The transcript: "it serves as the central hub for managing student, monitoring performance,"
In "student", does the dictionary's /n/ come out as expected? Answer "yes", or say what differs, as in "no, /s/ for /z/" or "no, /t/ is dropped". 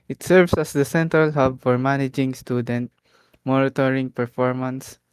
yes